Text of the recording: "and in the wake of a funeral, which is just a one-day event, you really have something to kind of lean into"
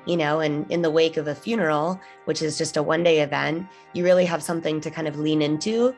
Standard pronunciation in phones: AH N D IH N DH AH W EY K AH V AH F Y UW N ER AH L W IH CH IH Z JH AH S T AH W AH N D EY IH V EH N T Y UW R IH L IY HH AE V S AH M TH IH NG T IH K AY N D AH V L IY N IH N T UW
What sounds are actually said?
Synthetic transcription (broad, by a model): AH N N IH N DH AH W EY K AH V AH F Y UW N ER L W IH CH IH Z JH AH S T AH W AH N D EY IH V EH N T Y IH R IH L IY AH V S AH M TH IH NG T IH K AY N D AH V L IY N IH N T UW